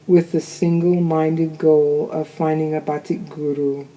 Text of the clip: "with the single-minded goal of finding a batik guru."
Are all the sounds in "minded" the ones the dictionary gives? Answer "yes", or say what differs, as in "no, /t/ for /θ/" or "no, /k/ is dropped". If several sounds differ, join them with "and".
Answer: yes